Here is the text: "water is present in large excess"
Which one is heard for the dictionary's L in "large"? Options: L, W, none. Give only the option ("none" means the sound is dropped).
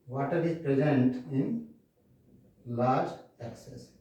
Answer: L